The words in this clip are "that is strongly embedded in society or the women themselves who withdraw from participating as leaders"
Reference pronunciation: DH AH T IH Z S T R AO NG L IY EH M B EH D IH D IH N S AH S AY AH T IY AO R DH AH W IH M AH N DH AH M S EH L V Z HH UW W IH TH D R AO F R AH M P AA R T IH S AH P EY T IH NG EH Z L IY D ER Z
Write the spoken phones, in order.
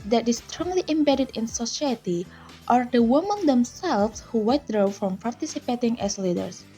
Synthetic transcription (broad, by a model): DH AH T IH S T R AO NG L IY EH M B EH D IH D IH N S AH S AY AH T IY AO R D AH W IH M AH N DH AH M S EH L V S HH UW W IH T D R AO F R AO M P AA R T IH S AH P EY T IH NG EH S L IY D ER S